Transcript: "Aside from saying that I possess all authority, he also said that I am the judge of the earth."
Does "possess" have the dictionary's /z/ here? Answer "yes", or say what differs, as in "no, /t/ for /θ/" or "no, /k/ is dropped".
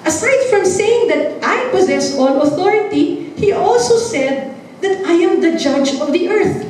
yes